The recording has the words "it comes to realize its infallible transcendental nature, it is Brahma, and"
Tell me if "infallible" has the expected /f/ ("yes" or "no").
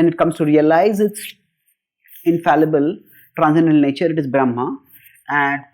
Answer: yes